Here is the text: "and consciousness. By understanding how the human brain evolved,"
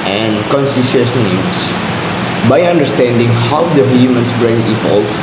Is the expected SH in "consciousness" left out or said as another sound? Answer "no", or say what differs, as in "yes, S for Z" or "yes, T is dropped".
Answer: yes, S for SH